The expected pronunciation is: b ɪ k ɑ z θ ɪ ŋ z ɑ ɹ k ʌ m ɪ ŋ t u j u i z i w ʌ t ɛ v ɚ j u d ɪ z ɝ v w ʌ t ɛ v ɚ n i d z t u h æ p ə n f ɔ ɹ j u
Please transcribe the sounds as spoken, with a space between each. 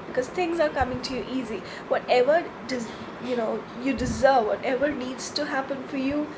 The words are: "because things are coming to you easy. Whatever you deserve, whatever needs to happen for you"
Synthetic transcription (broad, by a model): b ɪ k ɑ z t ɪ ŋ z ɑ ɹ k ʌ m ɪ ŋ t u j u i z i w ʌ t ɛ v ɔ j u d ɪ z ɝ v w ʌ t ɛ v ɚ n i d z t u h æ p ə n f ɔ ɹ j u